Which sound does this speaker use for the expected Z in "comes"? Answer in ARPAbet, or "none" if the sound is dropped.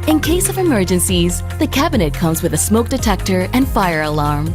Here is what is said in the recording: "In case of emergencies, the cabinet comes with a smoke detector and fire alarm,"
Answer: Z